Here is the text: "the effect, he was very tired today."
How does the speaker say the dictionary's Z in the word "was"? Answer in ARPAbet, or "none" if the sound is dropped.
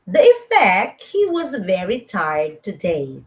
Z